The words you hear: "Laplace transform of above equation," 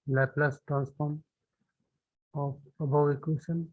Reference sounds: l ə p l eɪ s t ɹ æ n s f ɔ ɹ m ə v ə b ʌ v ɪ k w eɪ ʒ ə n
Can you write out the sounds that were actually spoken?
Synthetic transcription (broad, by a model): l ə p l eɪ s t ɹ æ n s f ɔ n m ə p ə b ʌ w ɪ k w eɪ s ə n